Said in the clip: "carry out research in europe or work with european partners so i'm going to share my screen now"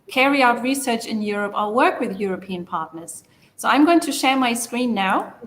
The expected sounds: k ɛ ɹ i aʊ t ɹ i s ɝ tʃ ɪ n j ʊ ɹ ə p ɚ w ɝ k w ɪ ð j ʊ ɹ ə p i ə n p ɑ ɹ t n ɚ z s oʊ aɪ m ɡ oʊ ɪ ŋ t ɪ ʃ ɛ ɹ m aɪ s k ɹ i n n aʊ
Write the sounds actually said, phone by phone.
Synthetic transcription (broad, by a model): k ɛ ɹ i aʊ t ɹ i s ɝ tʃ ɪ n j ʊ ɹ ə p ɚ w ɝ k w ɪ ð j ʊ ɹ ə p i ə n p ɑ ɹ t n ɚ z s oʊ aɪ m ɡ oʊ ɪ ŋ t ɪ ʃ ɛ ɹ m aɪ s k ɹ i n n aʊ